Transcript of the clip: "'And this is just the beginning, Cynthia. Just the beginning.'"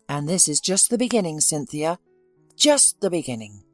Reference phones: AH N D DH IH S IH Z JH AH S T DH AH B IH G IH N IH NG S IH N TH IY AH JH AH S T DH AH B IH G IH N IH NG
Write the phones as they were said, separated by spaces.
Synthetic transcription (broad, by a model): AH N DH IH S IH Z JH AH S T DH AH B IH G IH N IH NG S IH N TH IY AH JH AH S T DH AH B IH G IH N IH NG